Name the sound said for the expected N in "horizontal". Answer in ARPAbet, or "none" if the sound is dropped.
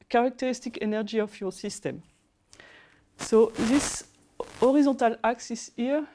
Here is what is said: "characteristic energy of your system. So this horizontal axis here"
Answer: none